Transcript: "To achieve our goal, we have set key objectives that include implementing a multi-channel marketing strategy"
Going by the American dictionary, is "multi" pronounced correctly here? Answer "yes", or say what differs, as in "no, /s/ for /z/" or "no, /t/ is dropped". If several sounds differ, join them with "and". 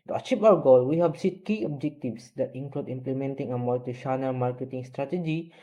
no, /l/ is dropped